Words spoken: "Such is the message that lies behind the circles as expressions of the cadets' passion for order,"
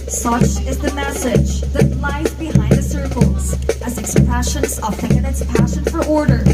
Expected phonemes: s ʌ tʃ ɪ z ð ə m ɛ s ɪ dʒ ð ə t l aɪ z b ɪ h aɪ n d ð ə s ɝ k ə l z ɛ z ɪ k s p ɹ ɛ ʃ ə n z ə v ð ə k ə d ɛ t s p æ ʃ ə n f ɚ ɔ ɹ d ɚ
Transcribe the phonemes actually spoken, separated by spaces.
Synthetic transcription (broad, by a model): s ʌ tʃ ɪ z ð ə m ɛ s ɪ dʒ ð ə t l aɪ z b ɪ h aɪ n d ð ə s ɝ k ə l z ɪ z ɪ k s p ɹ ɛ ʃ ə n z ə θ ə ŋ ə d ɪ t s p æ ʃ ə n f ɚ ɔ ɹ d ɚ